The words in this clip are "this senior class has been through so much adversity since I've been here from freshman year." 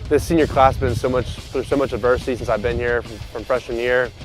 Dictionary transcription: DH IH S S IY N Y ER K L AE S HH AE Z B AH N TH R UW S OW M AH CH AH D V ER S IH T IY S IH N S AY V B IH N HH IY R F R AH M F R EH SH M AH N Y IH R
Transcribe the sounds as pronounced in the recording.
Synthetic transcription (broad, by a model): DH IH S S IY N Y ER K L AE S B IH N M AH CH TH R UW S OW M AH CH AH D V ER S IH T IY S IH N S AY V B IH N HH IY R F R AH M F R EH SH AH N Y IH R